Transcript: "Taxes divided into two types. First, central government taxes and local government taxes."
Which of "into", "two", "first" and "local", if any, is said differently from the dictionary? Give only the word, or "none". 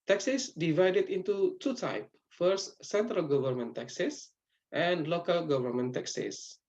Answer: first